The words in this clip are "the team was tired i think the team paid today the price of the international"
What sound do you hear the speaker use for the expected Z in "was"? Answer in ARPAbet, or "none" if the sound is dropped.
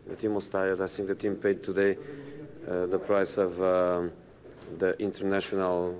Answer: S